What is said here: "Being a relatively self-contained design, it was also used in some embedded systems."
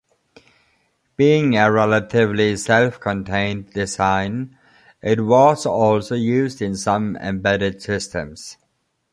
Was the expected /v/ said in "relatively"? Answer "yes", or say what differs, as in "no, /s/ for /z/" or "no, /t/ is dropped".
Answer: yes